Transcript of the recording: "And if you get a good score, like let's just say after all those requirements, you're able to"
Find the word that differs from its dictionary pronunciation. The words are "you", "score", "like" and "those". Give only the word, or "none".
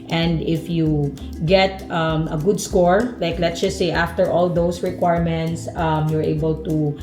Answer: those